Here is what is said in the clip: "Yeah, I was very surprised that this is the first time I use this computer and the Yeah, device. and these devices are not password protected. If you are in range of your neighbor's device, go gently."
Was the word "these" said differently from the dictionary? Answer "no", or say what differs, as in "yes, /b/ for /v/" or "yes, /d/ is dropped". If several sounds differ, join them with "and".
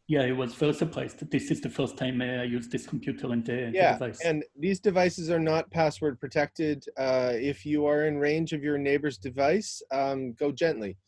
no